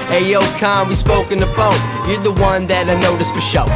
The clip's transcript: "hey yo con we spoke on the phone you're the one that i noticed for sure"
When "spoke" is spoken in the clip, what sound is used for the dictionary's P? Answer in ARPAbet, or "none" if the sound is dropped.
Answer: P